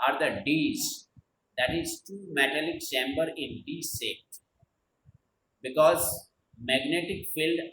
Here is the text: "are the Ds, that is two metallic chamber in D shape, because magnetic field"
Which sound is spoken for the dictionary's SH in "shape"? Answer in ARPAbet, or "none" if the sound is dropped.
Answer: S